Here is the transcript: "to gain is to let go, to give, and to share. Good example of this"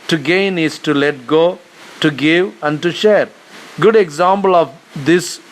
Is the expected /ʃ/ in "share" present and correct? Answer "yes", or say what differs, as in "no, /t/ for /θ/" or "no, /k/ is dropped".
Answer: yes